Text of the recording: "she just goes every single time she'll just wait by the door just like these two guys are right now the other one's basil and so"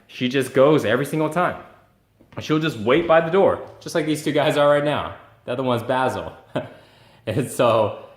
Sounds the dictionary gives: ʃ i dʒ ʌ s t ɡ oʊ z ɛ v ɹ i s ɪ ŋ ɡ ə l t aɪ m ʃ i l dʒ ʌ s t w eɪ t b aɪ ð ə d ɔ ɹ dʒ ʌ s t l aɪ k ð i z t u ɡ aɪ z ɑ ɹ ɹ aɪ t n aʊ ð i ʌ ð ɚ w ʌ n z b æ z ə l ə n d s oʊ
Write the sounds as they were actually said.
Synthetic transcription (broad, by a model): ʃ i dʒ ʌ s ɡ oʊ z ɛ v ɹ i s ɪ ŋ ɡ l t aɪ m ʃ i l dʒ ʌ s t w eɪ t b aɪ ð ə d ɔ ɹ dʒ ʌ s t l aɪ k ð i z t u ɡ aɪ z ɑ l ɹ aɪ t n aʊ ð i ʌ ð ɚ w ʌ n z b æ z l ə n s oʊ